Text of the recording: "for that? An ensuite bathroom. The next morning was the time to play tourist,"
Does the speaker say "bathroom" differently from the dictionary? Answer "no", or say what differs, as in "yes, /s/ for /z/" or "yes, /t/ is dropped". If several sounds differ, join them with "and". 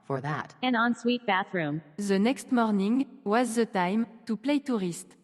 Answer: no